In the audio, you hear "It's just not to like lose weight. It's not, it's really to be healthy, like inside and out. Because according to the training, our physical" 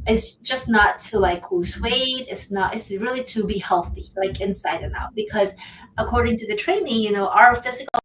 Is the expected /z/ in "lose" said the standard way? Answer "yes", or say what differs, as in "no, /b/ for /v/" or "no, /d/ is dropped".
no, /s/ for /z/